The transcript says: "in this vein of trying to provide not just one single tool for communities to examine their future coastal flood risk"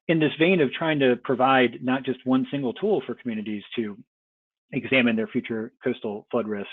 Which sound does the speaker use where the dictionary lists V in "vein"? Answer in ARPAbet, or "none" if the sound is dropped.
V